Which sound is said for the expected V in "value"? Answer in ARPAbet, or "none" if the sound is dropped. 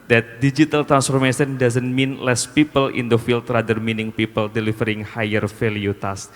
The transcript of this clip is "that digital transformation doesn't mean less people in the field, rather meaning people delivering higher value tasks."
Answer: F